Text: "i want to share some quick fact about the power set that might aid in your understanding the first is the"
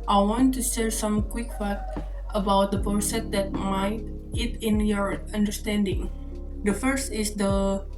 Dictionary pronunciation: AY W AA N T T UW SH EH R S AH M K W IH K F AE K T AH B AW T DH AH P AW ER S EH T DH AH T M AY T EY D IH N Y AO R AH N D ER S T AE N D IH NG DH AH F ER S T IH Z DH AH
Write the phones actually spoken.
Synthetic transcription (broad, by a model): AY W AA N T T UW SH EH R S AH M K W IH K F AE T AH B AW T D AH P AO S EH T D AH T M AY T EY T IH N Y AO R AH N D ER S T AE N D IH NG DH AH F ER S T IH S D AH